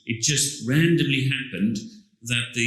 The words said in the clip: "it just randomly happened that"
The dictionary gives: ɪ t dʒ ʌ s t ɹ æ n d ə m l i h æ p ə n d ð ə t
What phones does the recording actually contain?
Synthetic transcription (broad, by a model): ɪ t dʒ ʌ s t ɹ æ n d ə m l i h æ p ə n d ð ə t